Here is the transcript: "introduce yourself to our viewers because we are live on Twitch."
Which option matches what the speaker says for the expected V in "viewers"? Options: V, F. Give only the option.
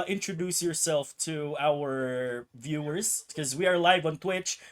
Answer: V